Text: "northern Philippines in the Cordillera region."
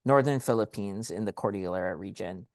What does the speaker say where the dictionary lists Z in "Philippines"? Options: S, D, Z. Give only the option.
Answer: Z